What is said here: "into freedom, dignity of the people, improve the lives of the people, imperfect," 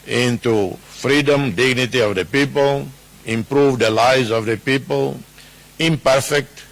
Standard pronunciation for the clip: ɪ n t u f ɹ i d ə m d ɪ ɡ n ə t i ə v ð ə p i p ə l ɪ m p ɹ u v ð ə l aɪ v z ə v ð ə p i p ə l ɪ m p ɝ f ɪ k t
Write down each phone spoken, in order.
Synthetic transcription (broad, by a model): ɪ n t u f ɹ i d ə m d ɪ ɡ n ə t i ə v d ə p i p ə l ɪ m p ɹ u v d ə l aɪ z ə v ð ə p i p ə l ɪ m p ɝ f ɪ k t